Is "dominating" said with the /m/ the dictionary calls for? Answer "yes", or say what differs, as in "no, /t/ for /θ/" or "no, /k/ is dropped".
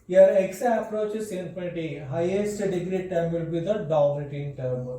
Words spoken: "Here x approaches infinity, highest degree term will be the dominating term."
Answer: no, /m/ is dropped